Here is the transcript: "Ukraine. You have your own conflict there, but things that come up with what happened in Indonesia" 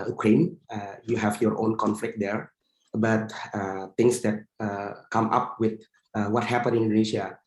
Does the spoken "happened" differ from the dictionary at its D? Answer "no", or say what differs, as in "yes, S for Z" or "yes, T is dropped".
yes, D is dropped